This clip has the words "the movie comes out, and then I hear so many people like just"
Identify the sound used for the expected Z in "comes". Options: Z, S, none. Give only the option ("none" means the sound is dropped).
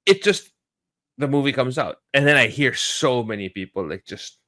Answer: Z